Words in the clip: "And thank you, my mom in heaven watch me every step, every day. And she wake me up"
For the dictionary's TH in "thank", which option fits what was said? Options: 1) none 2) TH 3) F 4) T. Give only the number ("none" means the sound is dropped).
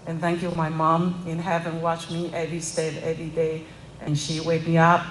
2